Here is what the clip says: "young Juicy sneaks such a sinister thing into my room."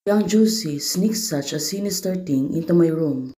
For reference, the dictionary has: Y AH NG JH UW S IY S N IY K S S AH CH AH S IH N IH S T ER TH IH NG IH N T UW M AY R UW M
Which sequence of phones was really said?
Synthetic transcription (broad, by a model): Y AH NG JH UW S IY S N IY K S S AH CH AH S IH N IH S T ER T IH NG IH N T UW M AY R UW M